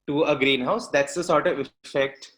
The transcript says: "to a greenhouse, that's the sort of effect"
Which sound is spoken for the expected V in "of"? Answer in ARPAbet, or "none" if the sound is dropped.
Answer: V